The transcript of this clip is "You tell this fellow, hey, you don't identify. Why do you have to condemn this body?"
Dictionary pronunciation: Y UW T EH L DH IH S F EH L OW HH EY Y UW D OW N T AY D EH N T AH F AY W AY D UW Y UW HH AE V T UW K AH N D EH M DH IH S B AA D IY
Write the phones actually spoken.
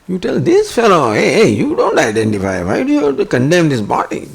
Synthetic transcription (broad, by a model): Y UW T EH L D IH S F EH L OW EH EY Y UW D OW N T AY D EH N T AH F AY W AY D UW Y UW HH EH T UW K AH N D EH M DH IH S B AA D IY